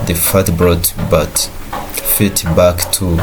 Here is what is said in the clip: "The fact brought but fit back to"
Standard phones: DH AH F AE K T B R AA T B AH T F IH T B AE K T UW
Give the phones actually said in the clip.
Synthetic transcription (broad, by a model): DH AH F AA T B R AA T B AH T F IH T B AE K T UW